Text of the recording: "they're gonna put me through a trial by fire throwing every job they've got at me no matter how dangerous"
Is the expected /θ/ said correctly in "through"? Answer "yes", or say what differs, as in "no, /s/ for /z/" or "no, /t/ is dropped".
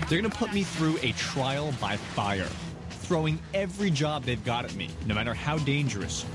yes